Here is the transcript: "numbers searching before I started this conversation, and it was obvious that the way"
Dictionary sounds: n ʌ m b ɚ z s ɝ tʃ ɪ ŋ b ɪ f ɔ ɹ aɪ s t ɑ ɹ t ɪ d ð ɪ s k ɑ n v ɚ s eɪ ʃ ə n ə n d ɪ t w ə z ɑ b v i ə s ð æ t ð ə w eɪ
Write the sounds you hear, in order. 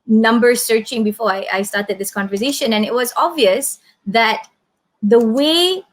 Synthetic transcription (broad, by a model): n ʌ m b ɚ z s ɝ tʃ ɪ ŋ b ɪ f ɔ ɹ aɪ s t ɑ ɹ t ɪ d ð ɪ s k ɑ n v ɚ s eɪ ʃ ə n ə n ɪ t w ə z ɑ b v i ə s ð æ t ð ə w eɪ